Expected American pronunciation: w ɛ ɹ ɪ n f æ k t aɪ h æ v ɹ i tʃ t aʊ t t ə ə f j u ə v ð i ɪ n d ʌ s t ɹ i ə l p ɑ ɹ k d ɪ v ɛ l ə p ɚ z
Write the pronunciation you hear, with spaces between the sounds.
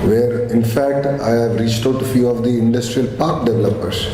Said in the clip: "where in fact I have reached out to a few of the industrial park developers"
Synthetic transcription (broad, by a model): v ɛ ɹ ɪ n f æ k t aɪ h æ v ɹ i tʃ t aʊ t t f j u ə v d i ɪ n d ʌ s t ɹ i ə l p ɑ ɹ k d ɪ v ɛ l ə p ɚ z